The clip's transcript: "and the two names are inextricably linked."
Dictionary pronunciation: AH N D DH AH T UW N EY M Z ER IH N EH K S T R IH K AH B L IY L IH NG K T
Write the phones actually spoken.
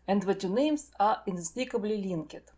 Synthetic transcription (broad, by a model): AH N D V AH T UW N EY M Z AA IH N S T IH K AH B L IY L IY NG K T